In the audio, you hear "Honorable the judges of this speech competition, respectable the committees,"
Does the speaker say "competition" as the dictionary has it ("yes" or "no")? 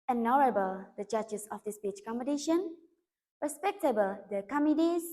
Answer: no